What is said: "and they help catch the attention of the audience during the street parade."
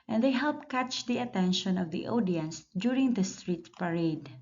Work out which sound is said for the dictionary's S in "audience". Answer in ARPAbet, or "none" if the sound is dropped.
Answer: S